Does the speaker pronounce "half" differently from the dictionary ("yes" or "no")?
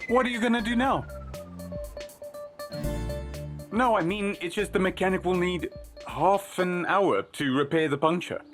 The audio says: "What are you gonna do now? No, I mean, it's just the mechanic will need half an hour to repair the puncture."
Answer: no